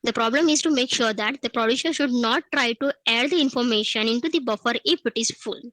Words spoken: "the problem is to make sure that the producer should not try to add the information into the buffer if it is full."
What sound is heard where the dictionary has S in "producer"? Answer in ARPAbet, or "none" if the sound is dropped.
SH